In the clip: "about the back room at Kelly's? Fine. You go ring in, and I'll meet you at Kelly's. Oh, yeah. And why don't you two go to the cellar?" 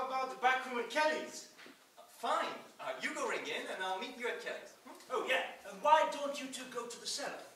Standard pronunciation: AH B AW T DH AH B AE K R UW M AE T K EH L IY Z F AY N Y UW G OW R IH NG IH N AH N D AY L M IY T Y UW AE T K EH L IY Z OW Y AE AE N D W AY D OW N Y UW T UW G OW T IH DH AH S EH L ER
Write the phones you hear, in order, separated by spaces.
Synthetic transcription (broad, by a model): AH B AW T DH AH B AE K R UW M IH K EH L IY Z F AY N Y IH G OW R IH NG IH N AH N AY L M IY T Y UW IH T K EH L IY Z OW Y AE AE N W AY D OW N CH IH T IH G OW T IH DH AH S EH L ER